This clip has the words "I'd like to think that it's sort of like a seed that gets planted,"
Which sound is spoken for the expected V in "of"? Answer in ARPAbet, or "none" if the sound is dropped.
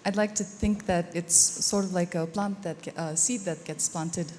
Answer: V